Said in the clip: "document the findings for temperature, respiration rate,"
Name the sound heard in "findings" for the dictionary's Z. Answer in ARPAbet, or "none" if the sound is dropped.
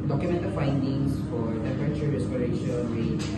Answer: S